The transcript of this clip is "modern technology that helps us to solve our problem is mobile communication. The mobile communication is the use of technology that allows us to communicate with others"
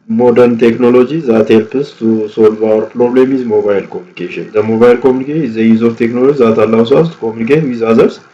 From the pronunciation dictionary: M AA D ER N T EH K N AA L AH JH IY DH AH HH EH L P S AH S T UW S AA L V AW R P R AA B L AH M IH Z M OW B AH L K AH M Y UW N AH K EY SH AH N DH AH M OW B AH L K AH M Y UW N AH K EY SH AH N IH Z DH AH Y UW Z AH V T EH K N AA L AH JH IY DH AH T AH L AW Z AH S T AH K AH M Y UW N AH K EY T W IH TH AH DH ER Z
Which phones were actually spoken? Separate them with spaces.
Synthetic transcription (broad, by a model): M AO D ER N T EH K N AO L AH JH IY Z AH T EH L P AH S T UW S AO L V AW R P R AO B L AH M IH Z M OW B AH L K AH M Y UW N AH K EY SH AH N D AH M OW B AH L K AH M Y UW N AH K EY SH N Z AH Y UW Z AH F T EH K N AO L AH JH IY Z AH T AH L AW S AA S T K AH M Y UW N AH K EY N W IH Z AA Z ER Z